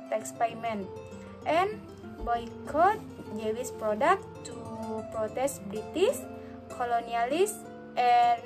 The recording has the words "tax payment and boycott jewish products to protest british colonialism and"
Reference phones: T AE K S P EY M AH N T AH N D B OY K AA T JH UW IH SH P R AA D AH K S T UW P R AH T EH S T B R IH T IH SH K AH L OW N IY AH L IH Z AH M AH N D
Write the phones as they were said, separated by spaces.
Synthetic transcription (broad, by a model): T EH K S P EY M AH N T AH N B OY K AA T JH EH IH S P R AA D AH K T UW P R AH T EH S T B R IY T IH S K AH L OW N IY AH L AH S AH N